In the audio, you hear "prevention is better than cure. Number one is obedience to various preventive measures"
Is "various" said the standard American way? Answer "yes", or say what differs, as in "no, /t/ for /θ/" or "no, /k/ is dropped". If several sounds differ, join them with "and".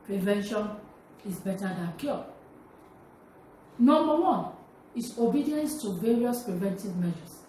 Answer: yes